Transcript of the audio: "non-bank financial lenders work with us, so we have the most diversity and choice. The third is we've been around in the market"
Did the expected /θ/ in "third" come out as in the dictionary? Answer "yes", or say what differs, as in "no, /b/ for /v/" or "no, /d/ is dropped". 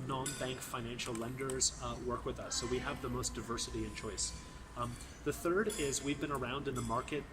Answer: yes